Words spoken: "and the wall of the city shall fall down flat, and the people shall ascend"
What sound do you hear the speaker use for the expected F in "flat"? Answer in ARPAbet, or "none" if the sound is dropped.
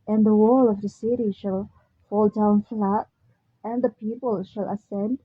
F